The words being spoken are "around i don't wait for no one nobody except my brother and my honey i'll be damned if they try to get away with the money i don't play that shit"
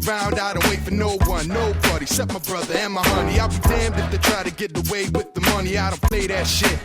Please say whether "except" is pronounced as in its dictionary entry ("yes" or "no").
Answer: no